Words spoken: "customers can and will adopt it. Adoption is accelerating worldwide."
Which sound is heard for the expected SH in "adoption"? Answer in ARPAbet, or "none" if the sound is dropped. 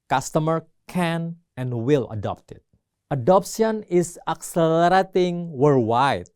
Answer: S